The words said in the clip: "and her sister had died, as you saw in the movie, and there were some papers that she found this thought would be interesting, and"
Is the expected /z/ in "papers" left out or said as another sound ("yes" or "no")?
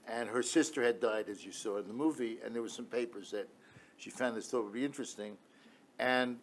no